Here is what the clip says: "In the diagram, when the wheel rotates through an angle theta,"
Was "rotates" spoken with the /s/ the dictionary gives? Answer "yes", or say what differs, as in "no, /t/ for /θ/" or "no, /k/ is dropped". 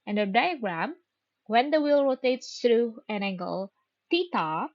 yes